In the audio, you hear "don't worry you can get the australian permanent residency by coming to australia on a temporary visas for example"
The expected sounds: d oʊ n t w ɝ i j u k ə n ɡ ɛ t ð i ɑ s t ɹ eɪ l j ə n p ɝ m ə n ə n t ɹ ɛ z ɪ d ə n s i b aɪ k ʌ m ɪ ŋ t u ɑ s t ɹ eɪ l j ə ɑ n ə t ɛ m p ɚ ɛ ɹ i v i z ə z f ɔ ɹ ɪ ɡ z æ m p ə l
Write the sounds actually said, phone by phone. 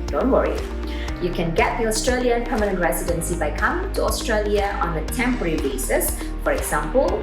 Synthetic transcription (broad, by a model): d oʊ n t w ɝ i j u k ə n ɡ ɛ t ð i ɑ s t ɹ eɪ l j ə n p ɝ m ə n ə n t ɹ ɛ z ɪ d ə n s i b aɪ k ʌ m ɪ ŋ t u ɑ s t ɹ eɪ l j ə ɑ n ə t ɛ m p ɚ ɛ ɹ i b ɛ s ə s f ɔ ɹ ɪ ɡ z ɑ m p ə l